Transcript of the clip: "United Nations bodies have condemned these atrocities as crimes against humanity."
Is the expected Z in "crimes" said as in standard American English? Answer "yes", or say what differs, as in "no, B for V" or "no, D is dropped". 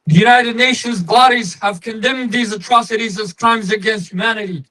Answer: yes